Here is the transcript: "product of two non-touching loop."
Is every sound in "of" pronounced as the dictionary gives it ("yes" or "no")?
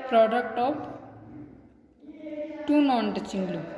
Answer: no